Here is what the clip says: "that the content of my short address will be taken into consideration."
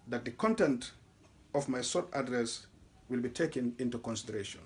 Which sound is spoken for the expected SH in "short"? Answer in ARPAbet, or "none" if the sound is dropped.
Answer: S